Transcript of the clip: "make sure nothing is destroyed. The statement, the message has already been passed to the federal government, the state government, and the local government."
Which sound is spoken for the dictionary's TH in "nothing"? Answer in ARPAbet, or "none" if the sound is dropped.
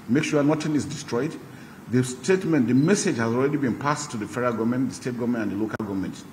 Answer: T